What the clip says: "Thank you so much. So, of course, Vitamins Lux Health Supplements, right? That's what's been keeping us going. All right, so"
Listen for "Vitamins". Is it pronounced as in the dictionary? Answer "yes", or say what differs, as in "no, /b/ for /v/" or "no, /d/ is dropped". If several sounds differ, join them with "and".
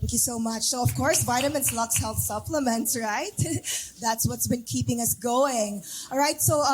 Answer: no, /s/ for /z/